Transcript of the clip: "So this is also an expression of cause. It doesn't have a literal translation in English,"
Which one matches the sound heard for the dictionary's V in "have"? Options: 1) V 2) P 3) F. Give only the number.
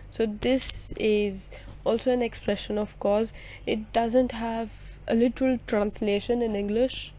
1